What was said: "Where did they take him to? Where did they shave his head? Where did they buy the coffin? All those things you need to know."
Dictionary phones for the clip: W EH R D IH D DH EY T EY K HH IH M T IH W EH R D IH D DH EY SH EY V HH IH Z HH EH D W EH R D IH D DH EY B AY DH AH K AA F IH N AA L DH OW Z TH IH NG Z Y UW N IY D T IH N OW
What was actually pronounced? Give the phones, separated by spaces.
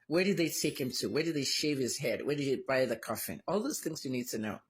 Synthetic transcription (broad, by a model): W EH R D IH D DH EY T EY K HH IH M T IH W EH R D IH D DH EY SH EY V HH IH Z HH EH D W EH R D IH D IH B AY DH AH K AA F IH N AA L DH OW Z TH IH NG Z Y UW N IY D T IH N OW